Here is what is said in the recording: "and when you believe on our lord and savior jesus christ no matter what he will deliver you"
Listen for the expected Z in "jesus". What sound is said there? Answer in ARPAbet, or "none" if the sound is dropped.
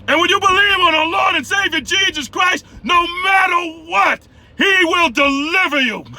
Z